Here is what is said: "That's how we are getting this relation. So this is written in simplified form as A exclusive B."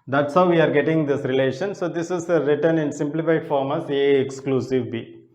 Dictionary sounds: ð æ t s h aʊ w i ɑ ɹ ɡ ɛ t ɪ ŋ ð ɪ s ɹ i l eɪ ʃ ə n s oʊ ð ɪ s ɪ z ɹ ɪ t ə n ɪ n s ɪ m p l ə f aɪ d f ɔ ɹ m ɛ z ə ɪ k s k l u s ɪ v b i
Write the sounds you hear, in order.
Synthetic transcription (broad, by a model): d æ t s h aʊ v i ɑ ɹ ɡ ɛ t ɪ ŋ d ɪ s ɹ i l eɪ ʃ ə n s oʊ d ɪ s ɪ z ɹ ɪ t ə n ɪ n s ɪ m p l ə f aɪ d f ɔ ɹ m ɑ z ə ɪ k s k l u s ɪ v b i